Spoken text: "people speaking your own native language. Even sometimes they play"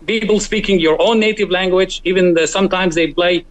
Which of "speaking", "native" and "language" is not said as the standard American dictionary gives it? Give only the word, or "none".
none